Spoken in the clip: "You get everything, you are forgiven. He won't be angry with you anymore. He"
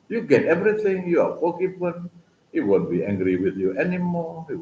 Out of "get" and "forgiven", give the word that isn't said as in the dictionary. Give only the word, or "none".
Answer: forgiven